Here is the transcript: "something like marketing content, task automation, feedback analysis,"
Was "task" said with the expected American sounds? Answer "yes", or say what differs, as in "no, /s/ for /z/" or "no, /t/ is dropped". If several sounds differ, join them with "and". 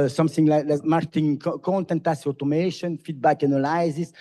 no, /k/ is dropped